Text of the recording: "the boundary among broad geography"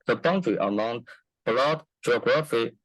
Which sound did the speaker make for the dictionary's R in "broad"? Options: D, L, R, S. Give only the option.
L